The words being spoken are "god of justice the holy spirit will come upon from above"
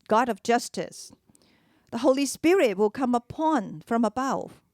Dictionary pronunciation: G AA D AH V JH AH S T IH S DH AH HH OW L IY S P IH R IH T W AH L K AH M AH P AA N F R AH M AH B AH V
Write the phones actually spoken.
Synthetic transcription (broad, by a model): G AA D AH V JH AH S T IH S DH AH HH OW L IY S P IH R IH T W AH L K AH M AH P AA N F R AH M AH B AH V